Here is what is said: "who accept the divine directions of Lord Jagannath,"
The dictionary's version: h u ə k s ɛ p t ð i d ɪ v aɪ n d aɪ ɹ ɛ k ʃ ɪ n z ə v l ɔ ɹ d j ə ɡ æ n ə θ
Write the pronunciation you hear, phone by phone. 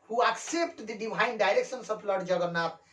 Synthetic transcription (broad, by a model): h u ə k s ɛ p t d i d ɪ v aɪ n d aɪ ɹ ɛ k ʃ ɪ n s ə b l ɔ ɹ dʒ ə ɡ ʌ n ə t